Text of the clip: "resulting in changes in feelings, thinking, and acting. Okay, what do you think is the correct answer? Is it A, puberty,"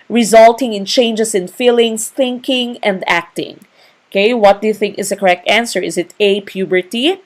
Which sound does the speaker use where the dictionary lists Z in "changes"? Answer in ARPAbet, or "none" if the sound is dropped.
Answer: S